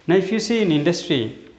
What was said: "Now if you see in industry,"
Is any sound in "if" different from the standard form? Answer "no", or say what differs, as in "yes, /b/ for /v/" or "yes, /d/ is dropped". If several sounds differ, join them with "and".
yes, /p/ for /f/